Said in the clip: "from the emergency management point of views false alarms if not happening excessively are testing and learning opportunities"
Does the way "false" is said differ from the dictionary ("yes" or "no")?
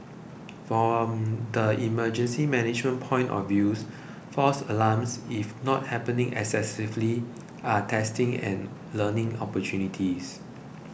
yes